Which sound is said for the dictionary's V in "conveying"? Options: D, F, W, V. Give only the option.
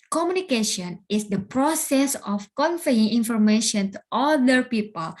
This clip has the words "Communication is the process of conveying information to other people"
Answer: F